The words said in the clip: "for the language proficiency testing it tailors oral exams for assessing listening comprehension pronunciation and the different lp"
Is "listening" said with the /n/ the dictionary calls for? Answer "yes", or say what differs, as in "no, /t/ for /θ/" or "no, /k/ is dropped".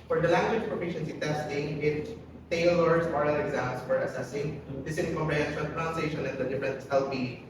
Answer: no, /n/ is dropped